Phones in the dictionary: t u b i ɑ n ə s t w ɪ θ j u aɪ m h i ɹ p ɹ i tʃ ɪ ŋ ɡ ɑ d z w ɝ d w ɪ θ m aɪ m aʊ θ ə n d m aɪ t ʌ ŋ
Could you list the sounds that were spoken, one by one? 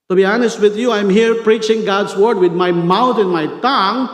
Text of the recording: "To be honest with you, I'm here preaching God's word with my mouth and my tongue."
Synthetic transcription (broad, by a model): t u b i ɑ n ə s t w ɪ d j u aɪ m h i ɹ p ɹ i tʃ ɪ ŋ ɡ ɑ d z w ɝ d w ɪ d m aɪ m aʊ t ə n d m aɪ t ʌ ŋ